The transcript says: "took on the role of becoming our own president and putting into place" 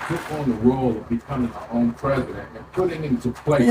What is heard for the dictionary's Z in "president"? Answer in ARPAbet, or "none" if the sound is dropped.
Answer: Z